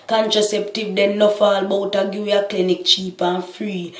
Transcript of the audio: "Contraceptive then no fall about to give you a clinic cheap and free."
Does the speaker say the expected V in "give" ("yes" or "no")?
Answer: no